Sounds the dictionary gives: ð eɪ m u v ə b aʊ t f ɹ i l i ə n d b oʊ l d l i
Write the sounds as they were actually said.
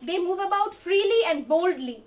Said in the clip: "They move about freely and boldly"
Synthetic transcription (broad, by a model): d eɪ m u v ə b aʊ t f ɹ i l i ə n d b oʊ l d l i